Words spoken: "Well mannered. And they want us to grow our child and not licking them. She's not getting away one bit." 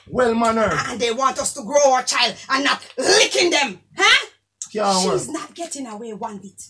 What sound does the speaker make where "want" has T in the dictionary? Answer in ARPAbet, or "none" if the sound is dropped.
T